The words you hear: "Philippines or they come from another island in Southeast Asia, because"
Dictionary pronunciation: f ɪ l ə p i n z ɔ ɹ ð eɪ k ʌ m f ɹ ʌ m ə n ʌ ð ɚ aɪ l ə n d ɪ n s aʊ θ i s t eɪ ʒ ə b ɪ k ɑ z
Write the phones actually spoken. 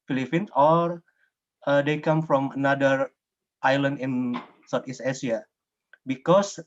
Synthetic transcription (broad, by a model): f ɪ l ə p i n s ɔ ɹ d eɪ k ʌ m f ɹ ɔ m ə n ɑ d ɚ aɪ l ə n d ɪ n s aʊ t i s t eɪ s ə b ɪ k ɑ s